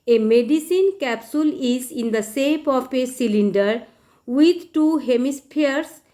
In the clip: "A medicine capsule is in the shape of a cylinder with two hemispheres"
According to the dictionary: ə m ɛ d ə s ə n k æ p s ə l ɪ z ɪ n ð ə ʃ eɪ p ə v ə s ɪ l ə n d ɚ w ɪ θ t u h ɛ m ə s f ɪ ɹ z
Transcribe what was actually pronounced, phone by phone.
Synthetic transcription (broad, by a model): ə m ɛ d ə s ə n k æ p s ə l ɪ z ɪ n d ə s eɪ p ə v ə s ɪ l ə n d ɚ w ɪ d t u h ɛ m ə s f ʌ ɹ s